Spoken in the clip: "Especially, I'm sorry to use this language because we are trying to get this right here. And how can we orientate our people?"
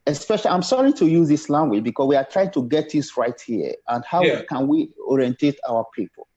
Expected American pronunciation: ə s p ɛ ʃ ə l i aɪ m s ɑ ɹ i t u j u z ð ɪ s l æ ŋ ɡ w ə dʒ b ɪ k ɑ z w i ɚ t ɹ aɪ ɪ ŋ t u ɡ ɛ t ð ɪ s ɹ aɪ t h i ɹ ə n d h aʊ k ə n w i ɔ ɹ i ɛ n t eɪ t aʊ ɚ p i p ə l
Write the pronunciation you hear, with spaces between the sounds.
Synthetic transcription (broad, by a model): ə s p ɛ ʃ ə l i aɪ m s ɑ ɹ i t u j u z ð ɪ s l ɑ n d w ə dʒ b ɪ k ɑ s w i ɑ t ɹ aɪ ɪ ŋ t u ɡ ɛ t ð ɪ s ɹ aɪ t h i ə n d h aʊ k ə n w i ɔ ɹ i ɛ n t eɪ t aʊ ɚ p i p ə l